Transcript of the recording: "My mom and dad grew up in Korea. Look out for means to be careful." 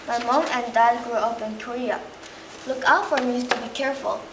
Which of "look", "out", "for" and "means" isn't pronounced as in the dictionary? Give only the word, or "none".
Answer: means